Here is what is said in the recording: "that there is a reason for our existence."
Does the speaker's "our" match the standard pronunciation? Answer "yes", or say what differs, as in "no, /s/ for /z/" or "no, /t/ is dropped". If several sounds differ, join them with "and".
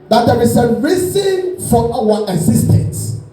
no, /w/ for /ɹ/